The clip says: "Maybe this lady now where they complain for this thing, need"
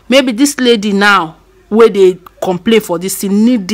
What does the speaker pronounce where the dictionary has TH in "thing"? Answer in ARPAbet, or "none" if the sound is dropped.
T